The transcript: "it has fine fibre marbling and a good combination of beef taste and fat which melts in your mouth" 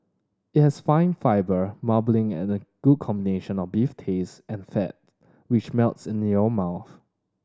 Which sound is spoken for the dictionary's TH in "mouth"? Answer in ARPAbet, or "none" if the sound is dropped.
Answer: TH